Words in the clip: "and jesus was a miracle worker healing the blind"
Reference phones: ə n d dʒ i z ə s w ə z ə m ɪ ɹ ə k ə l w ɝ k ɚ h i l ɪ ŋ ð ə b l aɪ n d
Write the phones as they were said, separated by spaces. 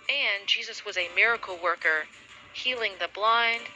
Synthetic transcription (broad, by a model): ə n dʒ i z ə s w ə z ə m ɪ ɹ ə k l w ɝ k ɚ h i l ɪ ŋ ð ə b l aɪ n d